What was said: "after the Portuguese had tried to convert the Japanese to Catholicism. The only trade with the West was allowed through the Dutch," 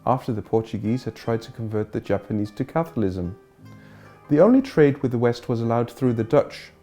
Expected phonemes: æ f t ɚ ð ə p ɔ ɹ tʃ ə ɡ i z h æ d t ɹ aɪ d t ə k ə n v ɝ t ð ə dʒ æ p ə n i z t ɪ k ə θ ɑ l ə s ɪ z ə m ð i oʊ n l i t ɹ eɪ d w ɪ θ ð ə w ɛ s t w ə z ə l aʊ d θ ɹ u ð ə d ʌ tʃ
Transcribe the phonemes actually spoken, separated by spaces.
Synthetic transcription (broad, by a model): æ f t ɚ ð ə p ɔ ɹ tʃ ə ɡ i z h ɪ d t ɹ aɪ d t ə k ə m v ɝ t ð ə dʒ æ p ə n i z t ɪ k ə θ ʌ l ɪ z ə m ð i oʊ n l i t ɹ eɪ d w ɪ ð ə w ɛ s t w ə z ə l aʊ d θ ɹ u ð ə d ʌ tʃ